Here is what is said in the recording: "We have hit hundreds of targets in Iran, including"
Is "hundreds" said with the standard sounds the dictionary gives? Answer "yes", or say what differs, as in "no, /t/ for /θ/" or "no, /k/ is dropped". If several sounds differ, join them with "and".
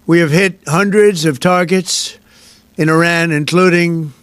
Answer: yes